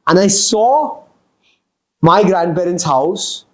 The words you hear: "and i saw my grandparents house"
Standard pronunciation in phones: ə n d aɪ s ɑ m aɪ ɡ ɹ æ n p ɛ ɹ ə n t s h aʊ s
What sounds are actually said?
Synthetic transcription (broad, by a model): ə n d aɪ s ɑ m aɪ ɡ ɹ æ n b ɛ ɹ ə n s h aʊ s